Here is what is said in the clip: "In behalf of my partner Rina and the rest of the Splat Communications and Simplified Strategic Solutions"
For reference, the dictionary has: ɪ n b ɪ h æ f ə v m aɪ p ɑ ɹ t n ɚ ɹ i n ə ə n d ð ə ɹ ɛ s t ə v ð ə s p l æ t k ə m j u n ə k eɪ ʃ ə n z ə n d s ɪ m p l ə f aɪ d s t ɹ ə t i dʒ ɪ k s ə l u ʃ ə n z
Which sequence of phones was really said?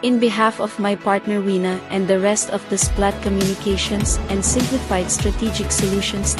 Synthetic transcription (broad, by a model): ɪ n b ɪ h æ f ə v m aɪ p ɑ ɹ t n ɚ w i n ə ə n d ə ɹ ɛ s t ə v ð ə s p l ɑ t k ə m j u n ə k eɪ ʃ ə n s ə n d s ɪ m p l ə f aɪ d s t ɹ ə t i dʒ ɪ k s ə l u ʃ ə n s